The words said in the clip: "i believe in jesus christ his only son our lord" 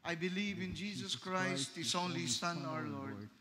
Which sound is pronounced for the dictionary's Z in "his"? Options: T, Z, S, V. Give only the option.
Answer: S